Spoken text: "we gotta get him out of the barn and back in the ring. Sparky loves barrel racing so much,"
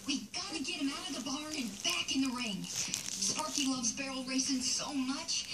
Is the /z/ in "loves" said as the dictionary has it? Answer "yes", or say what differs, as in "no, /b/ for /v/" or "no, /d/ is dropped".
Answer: yes